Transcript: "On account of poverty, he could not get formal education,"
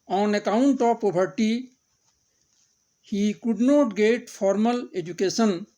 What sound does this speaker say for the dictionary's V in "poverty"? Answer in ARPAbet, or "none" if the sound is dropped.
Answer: B